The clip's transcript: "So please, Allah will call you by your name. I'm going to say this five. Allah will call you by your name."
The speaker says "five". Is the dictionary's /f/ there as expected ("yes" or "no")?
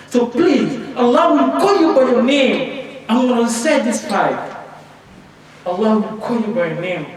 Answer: no